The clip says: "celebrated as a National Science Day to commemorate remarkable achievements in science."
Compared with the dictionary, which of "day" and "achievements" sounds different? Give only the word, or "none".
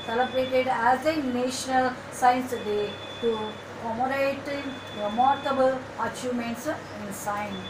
achievements